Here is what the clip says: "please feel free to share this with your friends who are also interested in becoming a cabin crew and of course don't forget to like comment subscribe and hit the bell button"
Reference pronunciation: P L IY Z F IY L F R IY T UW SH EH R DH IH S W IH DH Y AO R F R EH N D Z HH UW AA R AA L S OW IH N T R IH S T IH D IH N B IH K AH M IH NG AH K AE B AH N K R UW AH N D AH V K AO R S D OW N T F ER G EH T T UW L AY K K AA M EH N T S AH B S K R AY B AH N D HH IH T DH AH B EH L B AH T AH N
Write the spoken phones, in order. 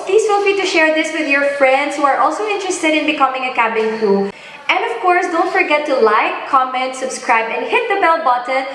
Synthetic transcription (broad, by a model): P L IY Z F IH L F IY T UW SH EH R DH IH S W IH DH Y AO R F R EH N D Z HH UW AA R AA L S OW IH N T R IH S T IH D IH N B IH K AH M IH NG AH K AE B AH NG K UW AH N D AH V K AO R S D OW N T F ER G EH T T UW L AY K K AA M EH N T S AH B S K R AY B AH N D HH IH T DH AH B EH L B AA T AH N